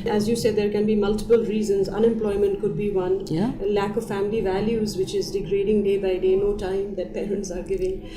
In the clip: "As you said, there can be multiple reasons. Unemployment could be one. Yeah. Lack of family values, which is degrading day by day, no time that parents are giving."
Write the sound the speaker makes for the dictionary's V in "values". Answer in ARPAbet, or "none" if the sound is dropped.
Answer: V